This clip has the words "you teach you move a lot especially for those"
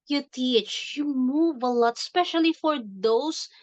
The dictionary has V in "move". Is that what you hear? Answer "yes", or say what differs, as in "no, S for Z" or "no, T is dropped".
yes